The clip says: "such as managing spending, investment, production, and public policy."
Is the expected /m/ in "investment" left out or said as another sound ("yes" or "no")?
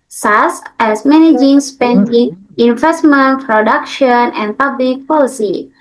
no